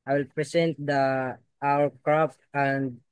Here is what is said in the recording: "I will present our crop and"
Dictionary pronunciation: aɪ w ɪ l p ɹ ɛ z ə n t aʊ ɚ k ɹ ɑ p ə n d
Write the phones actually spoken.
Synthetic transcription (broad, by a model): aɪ w ɪ l p ɹ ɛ s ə n t aʊ ɚ k ɹ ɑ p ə n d